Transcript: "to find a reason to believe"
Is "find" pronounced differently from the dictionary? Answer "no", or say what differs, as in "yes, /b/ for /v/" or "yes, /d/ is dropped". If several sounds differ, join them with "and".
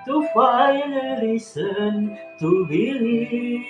yes, /d/ is dropped